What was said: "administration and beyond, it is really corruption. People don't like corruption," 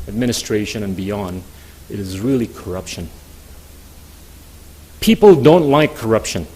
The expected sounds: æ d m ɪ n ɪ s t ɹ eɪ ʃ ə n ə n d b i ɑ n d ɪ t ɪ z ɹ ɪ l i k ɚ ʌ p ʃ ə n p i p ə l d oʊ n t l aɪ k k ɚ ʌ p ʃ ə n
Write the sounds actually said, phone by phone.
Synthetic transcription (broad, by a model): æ d m ɪ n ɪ s t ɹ eɪ ʃ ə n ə n b i ɑ n d ɪ t ɪ z ɹ ɪ l i k ɚ ʌ p ʃ ə n p i p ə l d oʊ n t l aɪ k k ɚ ʌ p ʃ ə n